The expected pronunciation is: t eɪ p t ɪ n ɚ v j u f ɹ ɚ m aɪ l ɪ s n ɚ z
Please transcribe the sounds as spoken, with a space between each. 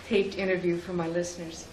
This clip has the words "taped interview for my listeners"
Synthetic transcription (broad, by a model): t eɪ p t ɪ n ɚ v j u f ɹ ɚ m aɪ l ɪ s n ɚ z